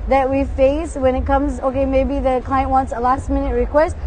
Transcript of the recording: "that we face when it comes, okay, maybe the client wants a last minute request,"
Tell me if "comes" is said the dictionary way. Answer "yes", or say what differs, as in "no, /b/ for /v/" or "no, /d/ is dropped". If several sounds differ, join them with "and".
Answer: yes